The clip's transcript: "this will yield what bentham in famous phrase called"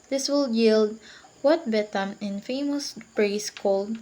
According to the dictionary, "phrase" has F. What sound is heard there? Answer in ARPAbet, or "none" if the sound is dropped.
P